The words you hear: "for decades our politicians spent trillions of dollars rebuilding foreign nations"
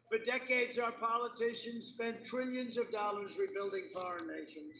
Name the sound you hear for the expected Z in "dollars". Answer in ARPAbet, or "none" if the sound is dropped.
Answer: Z